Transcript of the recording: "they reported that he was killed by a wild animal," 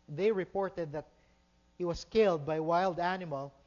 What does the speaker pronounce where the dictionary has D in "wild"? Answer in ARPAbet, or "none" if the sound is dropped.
D